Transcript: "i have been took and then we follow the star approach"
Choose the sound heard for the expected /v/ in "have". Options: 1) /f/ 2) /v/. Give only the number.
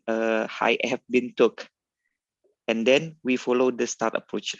1